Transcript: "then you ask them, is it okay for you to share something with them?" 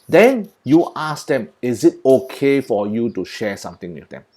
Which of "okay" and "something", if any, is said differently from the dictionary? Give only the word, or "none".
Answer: something